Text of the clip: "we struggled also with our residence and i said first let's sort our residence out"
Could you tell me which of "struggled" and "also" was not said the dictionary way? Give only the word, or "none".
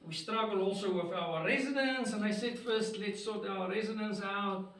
struggled